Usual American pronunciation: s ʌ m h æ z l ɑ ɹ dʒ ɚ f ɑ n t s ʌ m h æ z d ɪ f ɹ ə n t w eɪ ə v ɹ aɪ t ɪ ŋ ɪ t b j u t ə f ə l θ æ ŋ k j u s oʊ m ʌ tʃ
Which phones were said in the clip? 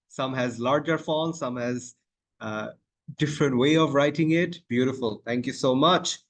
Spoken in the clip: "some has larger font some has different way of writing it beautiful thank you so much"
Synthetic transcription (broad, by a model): s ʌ m h æ z l ɑ ɹ dʒ ɚ f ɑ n s ʌ m h æ z d ɪ f ɹ ə n t w eɪ ə v ɹ aɪ t ɪ ŋ ɪ t b j u t ə f ə l t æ ŋ k j u s oʊ m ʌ tʃ